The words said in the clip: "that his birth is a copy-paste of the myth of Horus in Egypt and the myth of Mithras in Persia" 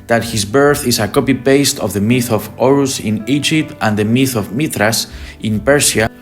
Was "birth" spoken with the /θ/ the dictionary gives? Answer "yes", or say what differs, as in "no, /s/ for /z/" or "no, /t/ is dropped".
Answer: yes